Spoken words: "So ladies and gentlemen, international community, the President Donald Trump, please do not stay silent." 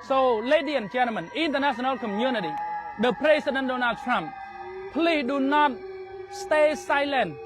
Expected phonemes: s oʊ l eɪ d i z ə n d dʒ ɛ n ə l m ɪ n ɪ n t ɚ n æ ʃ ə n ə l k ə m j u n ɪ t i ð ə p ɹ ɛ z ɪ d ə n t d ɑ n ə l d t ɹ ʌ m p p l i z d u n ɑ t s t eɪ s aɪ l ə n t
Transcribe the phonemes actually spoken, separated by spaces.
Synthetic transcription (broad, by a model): s oʊ l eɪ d i ə n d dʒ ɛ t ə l m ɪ n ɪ n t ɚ n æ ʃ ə n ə l k ə m j u n ɪ t i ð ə p ɹ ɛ s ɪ d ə n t d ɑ n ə l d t ɹ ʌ m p p l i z d u n ɑ t s t eɪ s aɪ l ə n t